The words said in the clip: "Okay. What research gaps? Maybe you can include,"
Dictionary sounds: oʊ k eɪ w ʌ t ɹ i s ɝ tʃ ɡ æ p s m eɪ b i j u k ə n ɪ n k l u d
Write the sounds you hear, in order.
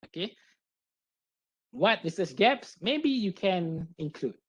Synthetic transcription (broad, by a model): oʊ k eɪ w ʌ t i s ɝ s ɡ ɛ p s m eɪ b i j u k ə n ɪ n k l u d